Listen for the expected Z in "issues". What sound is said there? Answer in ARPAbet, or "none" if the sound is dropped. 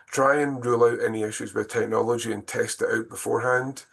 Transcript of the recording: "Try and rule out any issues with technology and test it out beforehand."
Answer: Z